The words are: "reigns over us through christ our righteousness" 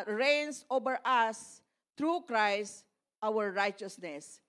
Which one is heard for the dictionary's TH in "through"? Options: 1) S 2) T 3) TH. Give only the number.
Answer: 2